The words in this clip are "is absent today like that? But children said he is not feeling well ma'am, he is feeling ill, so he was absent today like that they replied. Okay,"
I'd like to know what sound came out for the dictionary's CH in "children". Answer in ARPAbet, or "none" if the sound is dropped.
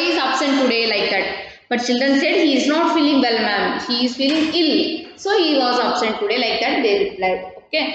CH